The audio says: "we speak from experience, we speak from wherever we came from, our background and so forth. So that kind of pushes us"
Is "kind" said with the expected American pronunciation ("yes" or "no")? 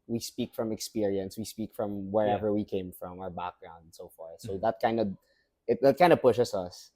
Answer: yes